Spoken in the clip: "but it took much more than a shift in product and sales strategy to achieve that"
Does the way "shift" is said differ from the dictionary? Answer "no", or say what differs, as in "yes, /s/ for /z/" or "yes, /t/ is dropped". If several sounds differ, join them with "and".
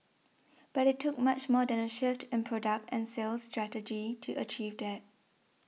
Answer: no